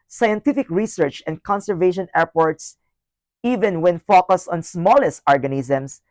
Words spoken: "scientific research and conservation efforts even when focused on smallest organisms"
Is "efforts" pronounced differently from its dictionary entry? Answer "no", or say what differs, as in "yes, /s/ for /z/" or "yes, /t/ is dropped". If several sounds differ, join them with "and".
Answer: yes, /p/ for /f/